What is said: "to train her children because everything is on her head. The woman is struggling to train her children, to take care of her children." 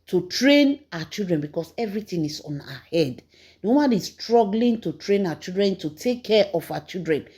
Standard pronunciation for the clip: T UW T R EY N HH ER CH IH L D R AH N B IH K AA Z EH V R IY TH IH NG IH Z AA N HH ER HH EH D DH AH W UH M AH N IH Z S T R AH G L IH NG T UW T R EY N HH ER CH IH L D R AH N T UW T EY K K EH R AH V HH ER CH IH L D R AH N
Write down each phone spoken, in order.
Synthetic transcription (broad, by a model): T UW T R EY N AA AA CH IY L D R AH N B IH K AA S EH V R IY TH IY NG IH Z AA N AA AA HH EH D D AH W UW M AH N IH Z S T R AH G L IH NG T UW T R EY N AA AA CH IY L D R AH N T UW T EY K K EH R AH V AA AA CH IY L D R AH N